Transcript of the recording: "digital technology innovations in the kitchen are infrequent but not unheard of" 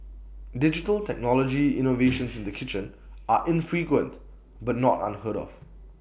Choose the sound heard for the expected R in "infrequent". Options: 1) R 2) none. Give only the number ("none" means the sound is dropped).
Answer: 1